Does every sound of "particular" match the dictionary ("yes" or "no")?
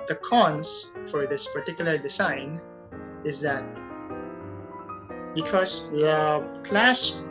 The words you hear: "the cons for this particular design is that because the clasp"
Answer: yes